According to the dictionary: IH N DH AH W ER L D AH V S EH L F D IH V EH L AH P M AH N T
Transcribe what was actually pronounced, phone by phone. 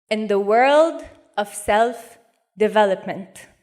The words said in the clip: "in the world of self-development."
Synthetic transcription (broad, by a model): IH N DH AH W ER L D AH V S EH L F D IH V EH L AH P M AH N T